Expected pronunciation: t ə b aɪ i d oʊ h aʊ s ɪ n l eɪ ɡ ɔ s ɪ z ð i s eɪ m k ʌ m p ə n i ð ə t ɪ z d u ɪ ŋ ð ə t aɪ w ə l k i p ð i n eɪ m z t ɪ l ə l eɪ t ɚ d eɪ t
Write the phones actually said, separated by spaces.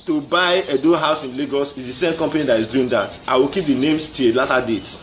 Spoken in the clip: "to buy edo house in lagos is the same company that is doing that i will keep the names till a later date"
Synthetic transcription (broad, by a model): t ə b aɪ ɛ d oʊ h aʊ s ɪ n l eɪ ɡ ɔ s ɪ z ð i s eɪ m k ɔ m p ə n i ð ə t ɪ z d u ɪ ŋ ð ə t aɪ w ə l k i p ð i n eɪ m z t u ə l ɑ t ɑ d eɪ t